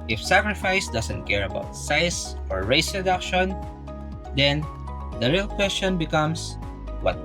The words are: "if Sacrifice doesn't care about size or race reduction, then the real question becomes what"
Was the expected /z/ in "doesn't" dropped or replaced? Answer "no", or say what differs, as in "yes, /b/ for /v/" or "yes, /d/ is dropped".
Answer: yes, /s/ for /z/